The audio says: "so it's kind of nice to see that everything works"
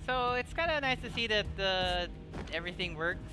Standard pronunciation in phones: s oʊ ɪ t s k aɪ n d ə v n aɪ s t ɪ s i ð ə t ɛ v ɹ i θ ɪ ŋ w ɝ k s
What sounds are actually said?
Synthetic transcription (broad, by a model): s oʊ ɪ t s k aɪ n d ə n aɪ s t ɪ s i ð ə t ɛ v ɹ i θ ɪ ŋ w ɝ k